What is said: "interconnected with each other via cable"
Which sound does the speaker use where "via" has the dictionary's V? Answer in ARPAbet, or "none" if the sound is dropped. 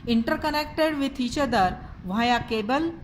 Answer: V